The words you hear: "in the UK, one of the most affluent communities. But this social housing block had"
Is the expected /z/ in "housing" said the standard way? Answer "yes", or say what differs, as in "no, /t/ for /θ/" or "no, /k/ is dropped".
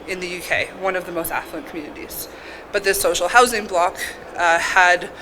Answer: yes